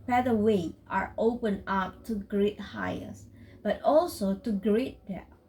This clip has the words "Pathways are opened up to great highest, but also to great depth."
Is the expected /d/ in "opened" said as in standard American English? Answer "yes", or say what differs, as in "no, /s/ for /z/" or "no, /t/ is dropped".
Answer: no, /d/ is dropped